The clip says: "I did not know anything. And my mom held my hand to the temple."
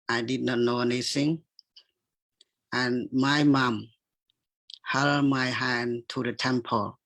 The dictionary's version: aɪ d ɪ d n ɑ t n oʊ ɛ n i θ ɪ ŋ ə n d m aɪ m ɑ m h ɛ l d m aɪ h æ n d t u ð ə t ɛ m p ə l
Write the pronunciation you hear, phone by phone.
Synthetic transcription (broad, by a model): aɪ d ɪ d n ɑ t n oʊ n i s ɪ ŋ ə n m aɪ m ɑ m h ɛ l m aɪ h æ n t u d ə t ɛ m p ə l